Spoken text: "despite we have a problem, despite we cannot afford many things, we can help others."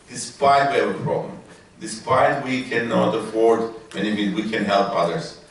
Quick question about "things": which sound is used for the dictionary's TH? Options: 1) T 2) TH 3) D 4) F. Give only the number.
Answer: 4